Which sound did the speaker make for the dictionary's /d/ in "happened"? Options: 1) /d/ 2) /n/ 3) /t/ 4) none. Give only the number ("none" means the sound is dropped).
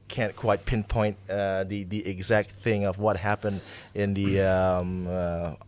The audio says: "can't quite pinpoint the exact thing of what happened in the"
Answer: 1